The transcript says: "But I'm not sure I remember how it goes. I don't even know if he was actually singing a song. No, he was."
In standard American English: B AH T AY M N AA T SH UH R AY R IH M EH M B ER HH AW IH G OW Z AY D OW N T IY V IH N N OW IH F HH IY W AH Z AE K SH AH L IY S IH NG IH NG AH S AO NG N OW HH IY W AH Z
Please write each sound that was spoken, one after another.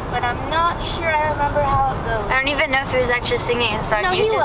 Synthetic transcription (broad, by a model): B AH T AY M N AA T SH UH R AY R IH M EH M B ER HH AW IH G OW AY D OW N T IY V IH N N OW IH F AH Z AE K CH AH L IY S IH NG IH NG AH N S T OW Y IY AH